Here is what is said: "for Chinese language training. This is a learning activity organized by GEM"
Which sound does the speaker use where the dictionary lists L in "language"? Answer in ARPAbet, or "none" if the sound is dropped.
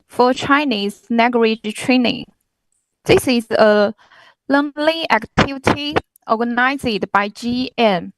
N